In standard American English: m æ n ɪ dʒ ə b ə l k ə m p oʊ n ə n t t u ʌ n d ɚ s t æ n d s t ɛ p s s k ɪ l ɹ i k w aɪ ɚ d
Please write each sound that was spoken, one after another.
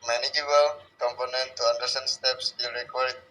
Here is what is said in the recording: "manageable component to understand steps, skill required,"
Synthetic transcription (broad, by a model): m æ n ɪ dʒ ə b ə l k ə m p oʊ n ə n t t u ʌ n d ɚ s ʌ n s t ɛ p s s ɪ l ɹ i k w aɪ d